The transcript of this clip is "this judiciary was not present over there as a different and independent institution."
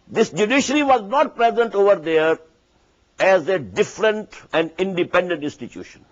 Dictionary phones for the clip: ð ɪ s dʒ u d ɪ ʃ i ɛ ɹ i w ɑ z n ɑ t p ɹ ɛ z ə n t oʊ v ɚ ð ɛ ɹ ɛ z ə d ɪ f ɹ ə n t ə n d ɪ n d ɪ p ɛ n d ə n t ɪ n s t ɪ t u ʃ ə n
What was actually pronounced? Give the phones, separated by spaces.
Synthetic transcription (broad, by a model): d ɪ s dʒ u d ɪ ʃ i ɹ i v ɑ z n ɑ t p ɹ ɛ z ə n t oʊ v ɚ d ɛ ɹ ɛ z ə d ɪ f ɹ ə n t ə n d ɪ n d ɪ p ɛ n d ə n t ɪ n s t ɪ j u ʃ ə n